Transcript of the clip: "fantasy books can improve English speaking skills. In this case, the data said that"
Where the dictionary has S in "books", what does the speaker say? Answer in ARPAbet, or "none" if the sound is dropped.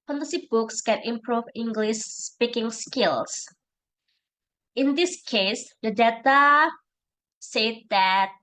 S